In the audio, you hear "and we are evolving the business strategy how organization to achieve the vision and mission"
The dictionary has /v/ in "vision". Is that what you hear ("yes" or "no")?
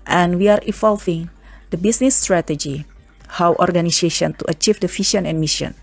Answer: no